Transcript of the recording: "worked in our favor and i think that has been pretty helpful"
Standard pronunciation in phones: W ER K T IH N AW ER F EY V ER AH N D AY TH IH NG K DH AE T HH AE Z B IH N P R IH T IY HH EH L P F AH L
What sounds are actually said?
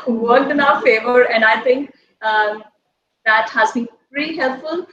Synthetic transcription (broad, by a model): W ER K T IH N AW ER F EY V ER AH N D AY T IH NG K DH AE T HH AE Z B IH N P IH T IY HH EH L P F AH L